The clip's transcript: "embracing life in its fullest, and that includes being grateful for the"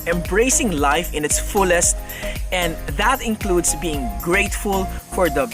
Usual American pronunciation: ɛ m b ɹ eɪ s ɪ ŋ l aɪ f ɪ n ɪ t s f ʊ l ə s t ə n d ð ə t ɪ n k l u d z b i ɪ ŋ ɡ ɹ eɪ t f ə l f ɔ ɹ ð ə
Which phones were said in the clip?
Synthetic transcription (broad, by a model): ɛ m b ɹ eɪ s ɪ ŋ l aɪ f ɪ n ɪ t s f ʊ l ə s t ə n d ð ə t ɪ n k l u d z b i ɪ ŋ ɡ ɹ eɪ t f ə l f ɔ ɹ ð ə